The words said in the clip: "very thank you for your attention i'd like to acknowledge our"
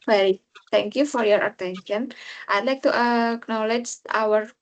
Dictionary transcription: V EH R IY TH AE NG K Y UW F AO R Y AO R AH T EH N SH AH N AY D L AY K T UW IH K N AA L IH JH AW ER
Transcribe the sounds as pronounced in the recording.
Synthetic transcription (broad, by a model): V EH R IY T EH NG K Y UW F AO R Y AO R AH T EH N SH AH N AY D L AY K T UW IH K N AA L IH JH AW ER